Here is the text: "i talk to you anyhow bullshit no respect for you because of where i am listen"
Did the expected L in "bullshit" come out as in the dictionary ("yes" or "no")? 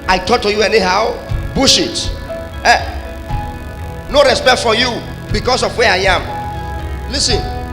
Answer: no